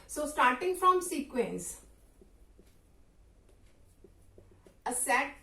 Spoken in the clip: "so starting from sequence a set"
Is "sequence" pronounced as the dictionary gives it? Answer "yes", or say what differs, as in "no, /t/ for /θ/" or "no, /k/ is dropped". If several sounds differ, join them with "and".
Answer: yes